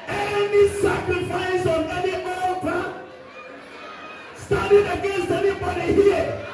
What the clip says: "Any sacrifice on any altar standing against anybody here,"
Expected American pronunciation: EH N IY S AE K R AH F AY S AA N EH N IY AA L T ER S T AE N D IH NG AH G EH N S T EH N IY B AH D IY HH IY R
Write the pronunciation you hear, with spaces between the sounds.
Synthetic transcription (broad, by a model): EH N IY S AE K R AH F AY S AA N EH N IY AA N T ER S T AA D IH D AH G EH N S T EH N IY B AH D IY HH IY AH